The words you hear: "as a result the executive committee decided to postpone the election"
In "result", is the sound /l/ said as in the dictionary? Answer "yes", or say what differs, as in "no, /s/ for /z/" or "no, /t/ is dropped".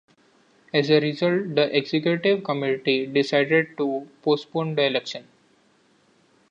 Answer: yes